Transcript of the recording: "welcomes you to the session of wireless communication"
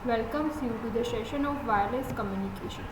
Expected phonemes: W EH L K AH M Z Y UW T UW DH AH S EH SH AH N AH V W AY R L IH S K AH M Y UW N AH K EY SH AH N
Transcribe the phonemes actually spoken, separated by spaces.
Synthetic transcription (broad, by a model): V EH L K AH M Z Y UW T UW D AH SH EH SH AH N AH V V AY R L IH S K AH M Y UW N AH K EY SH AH N